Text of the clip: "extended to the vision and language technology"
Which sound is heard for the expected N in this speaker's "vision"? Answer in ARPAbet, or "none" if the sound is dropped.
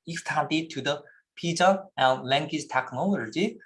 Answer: none